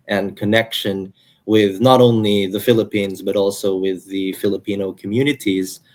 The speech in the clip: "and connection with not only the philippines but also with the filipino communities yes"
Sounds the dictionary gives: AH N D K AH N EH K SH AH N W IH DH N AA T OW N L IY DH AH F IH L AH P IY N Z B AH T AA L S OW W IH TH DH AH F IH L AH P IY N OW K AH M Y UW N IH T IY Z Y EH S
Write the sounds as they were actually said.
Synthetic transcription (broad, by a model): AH N K AH N EH K SH AH N W IH DH N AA T OW N L IY DH AH F IH L AH P IY N Z B AH T AA L S OW W IH DH AH F IH L AH P IY N OW K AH M Y UW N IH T IY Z